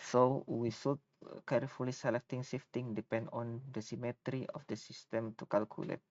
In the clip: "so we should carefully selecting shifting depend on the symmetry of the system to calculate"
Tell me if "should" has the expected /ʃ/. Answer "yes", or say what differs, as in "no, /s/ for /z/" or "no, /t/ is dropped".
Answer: no, /s/ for /ʃ/